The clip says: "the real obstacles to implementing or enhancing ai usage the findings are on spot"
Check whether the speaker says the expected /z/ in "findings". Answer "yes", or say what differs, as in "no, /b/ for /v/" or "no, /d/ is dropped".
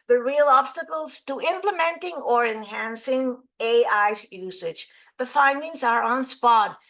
yes